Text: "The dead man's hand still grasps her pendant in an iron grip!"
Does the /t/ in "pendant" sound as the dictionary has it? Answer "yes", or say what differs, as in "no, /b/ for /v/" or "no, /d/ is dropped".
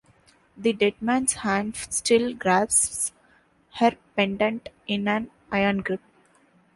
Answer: yes